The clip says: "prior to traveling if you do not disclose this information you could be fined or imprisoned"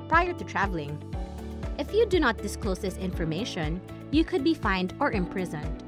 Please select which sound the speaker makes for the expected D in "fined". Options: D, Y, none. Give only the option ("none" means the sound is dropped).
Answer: D